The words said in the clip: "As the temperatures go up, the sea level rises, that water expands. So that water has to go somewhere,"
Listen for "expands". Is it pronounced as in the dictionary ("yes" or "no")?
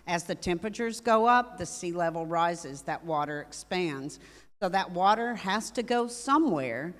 yes